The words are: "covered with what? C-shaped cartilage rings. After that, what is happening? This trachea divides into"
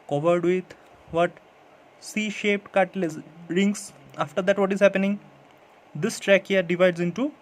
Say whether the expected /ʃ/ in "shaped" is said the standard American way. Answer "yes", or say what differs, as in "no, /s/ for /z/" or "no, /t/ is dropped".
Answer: yes